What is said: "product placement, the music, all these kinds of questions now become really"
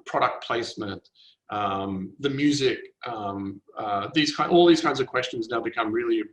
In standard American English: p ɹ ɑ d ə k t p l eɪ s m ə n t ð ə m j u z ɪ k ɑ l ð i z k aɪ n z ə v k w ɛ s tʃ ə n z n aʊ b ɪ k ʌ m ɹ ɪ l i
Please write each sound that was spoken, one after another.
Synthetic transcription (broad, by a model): p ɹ ɑ d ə k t p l eɪ s m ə n t ð ə m j u z ɪ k ɑ l ð i z k aɪ n z ə v k w ɛ s tʃ ə n z n aʊ b ɪ k ʌ m ɹ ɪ l i